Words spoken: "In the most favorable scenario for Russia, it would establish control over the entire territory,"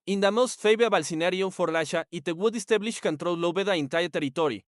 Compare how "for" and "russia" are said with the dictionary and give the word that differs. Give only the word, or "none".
russia